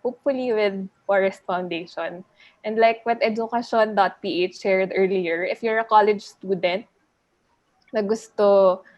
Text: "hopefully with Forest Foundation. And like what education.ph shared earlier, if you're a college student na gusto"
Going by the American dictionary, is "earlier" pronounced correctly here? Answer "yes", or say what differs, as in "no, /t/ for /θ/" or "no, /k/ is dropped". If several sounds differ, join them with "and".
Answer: yes